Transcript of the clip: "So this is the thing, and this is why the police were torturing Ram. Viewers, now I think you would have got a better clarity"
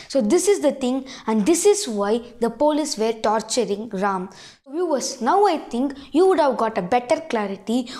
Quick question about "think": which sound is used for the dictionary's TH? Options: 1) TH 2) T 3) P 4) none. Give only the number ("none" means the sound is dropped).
2